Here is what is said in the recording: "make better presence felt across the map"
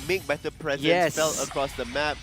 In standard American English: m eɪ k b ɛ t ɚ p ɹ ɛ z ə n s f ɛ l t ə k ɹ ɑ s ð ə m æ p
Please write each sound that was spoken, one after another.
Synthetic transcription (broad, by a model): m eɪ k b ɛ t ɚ p ɹ ɛ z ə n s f ɛ l ə k ɹ ɑ s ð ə m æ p